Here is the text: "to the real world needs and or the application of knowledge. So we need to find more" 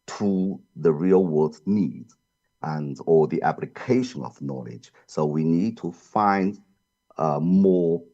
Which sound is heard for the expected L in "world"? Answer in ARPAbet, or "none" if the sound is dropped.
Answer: none